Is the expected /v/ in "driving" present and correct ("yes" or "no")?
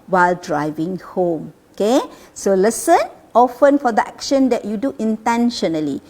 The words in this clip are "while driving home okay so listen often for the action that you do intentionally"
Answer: yes